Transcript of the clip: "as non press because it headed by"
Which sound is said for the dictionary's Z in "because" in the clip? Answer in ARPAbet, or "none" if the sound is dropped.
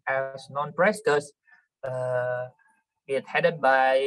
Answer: none